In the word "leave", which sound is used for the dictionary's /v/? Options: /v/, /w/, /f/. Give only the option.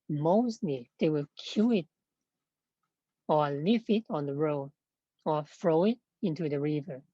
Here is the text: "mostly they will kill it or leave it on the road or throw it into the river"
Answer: /f/